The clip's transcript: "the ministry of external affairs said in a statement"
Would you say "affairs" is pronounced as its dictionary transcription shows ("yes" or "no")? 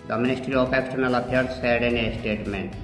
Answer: no